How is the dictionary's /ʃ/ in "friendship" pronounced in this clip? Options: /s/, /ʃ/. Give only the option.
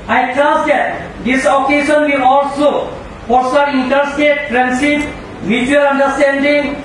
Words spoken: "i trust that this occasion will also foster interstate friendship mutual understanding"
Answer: /s/